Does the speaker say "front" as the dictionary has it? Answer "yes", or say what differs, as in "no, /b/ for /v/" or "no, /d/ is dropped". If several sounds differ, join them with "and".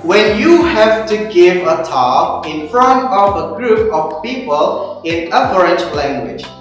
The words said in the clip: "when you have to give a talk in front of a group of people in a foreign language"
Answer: yes